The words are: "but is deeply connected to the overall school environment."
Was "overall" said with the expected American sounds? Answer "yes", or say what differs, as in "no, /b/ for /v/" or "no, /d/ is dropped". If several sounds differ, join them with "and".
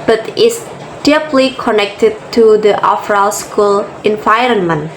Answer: no, /f/ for /v/